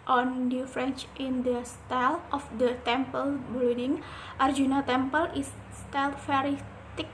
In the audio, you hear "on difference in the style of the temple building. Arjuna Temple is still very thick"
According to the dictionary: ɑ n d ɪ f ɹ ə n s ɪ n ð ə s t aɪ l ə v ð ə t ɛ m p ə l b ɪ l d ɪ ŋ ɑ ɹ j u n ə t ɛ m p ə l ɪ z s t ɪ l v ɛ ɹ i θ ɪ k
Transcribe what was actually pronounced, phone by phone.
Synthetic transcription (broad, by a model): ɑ n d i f ɹ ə n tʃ ɪ n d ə s t aɪ l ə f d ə t ɛ m p ə l b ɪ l d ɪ ŋ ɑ ɹ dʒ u n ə t ɛ m p ə l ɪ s s t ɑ l f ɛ ɹ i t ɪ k